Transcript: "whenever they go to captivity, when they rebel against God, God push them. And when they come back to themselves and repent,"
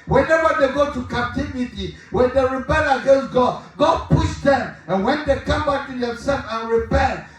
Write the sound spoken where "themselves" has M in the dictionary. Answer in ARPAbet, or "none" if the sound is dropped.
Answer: none